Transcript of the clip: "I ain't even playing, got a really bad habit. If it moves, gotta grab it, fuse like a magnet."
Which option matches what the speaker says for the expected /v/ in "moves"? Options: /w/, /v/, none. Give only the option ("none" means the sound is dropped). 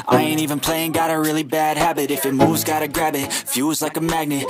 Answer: none